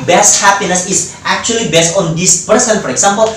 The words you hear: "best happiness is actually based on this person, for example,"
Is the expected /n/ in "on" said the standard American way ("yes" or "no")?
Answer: yes